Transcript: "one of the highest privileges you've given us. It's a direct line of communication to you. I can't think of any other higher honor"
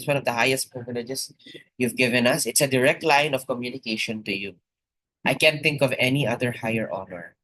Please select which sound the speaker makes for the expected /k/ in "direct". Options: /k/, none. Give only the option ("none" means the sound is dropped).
/k/